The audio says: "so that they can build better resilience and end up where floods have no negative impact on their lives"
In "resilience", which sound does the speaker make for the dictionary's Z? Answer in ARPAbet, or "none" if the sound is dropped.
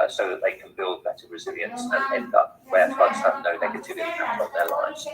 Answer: Z